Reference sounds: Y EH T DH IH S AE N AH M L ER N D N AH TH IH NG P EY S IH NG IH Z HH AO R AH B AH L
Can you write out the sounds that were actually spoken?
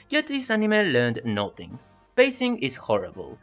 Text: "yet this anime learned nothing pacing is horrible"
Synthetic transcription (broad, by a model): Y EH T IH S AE N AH M L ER N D N AH TH IH NG B EY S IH NG IH Z HH AO R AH B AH L